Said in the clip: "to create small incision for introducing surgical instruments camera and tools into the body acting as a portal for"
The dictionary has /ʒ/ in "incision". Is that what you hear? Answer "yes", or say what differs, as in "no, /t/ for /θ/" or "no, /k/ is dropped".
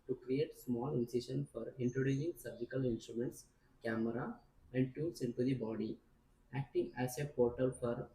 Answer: no, /ʃ/ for /ʒ/